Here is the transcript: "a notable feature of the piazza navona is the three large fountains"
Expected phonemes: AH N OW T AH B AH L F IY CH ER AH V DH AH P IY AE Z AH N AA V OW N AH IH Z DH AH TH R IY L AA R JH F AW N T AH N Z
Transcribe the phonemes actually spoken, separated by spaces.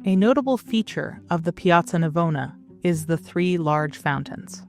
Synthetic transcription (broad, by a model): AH N OW T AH B L F IY CH ER AH V DH AH P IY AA S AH N AA V OW N AH IH Z DH AH TH R IY L AA R JH F AW N T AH N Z